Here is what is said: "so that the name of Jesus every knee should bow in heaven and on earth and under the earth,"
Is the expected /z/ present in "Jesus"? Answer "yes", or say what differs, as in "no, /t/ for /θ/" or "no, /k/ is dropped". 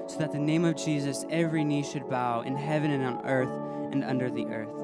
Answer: yes